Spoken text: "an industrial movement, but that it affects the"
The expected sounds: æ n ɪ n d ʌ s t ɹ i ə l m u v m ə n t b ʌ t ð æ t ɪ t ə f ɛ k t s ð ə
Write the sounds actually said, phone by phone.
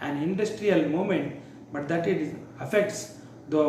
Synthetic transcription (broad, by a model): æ n ɪ n d ʌ s t ɹ i ə l m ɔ m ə n t b ʌ t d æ t ɪ t ə f ɛ k t s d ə